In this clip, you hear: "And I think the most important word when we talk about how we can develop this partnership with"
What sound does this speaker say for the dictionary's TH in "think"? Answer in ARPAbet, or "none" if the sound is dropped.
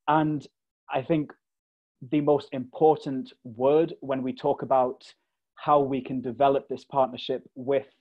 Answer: TH